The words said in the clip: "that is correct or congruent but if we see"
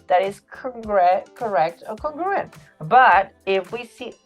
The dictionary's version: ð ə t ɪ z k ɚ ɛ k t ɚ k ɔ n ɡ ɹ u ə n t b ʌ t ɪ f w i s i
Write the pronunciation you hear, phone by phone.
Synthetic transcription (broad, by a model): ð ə t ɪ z k ɚ ɛ k t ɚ k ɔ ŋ ɡ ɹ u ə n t b ʌ t ɪ f w i s i